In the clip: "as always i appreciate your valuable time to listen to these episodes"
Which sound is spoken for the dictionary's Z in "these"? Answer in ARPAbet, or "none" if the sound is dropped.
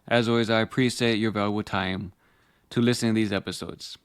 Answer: Z